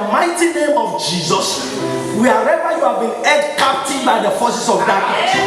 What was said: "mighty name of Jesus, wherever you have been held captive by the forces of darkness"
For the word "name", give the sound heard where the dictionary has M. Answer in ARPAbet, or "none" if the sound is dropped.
M